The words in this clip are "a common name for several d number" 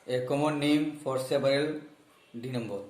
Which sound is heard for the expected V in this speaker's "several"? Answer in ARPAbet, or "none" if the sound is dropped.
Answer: P